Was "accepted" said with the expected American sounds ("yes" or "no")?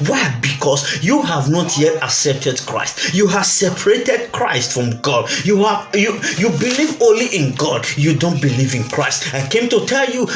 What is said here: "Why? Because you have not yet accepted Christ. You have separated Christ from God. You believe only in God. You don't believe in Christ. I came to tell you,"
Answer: no